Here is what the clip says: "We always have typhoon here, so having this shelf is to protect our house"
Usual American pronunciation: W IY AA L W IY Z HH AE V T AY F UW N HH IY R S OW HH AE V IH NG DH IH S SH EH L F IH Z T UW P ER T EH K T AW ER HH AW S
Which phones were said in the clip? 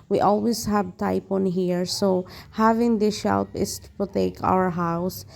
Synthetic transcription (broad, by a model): W IY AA L W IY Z HH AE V T AY P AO N HH IY R S OW HH AE V IH NG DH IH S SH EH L P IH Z T UW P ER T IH K AW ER HH AW S